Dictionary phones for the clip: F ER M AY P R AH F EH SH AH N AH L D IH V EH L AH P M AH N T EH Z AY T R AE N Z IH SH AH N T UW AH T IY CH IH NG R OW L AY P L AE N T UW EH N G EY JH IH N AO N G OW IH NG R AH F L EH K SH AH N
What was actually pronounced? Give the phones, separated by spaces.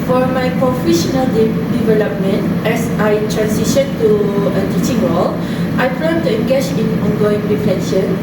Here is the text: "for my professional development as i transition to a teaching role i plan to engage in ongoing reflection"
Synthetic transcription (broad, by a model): F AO M AY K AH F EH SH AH N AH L D IH V EH L AH P M AH N T EH S AY T R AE N S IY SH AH N T UW AH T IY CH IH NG W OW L AY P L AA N T UW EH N G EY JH IH N AO N G OW IH NG R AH F L EH K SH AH N